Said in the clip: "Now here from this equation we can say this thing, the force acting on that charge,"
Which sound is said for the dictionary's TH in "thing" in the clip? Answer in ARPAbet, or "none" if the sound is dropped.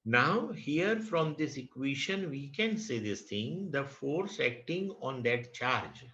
T